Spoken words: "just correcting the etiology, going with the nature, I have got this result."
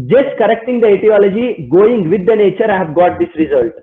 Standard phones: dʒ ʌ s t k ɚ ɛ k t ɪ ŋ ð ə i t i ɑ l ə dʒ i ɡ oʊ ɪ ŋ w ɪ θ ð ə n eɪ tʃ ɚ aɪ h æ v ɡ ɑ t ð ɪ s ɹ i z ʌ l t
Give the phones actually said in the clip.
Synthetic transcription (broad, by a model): dʒ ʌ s t k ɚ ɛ k t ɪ ŋ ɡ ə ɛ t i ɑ l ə dʒ i ɡ oʊ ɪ ŋ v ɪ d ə n eɪ tʃ ɚ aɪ h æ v ɡ ɑ t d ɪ s ɹ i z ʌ l t